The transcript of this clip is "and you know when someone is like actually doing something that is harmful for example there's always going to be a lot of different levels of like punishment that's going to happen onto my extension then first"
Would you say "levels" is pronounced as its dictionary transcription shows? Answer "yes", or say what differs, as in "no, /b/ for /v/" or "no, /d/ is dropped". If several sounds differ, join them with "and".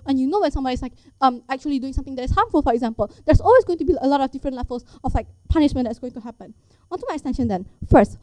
no, /f/ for /v/ and /s/ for /z/